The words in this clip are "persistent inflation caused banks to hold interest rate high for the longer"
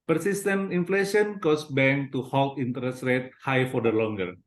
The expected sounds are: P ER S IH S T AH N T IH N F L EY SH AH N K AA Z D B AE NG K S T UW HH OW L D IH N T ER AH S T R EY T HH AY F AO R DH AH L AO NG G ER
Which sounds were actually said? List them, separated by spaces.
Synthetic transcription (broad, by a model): P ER S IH S T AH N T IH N F L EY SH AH N K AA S B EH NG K T UW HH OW L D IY N T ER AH S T R EY T HH AY F AO R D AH L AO NG G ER